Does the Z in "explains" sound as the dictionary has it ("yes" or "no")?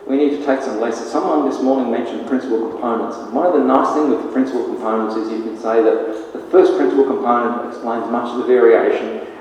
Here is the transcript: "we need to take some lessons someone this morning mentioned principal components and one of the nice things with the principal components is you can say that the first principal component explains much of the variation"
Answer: yes